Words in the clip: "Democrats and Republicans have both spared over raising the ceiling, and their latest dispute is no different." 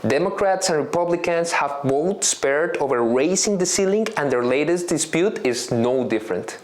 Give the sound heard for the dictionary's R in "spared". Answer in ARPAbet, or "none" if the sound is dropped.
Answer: R